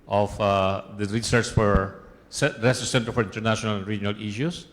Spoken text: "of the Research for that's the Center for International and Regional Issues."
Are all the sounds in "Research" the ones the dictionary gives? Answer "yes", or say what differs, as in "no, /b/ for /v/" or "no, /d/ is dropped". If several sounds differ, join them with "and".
no, /s/ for /tʃ/